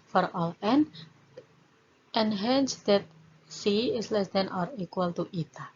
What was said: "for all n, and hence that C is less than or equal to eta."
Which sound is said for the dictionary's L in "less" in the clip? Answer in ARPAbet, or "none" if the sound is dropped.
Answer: L